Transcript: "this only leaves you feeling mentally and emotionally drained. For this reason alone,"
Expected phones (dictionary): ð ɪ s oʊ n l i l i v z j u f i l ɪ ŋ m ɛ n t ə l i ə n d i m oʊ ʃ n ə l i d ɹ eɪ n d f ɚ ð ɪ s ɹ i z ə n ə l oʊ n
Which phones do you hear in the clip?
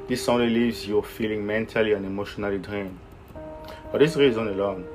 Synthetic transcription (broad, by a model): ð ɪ s oʊ n l i l i v z j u f i l ɪ ŋ m ɛ n t ə l i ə n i m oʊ ʃ n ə l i d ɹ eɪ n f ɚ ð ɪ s ɹ i z ə n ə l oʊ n